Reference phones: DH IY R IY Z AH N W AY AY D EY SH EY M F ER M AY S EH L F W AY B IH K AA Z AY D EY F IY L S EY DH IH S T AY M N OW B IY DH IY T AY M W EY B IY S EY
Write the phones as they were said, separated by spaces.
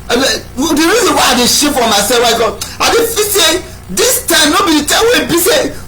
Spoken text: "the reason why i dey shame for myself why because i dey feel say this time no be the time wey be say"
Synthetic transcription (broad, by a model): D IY R IY Z AH N W AY AY D EY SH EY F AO M AY S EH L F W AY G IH AA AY D EY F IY S EY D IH S T AY M N OW B IY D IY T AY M W EY B IY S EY